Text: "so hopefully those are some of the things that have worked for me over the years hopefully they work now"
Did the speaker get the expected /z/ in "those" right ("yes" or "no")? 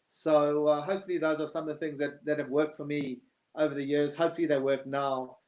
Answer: yes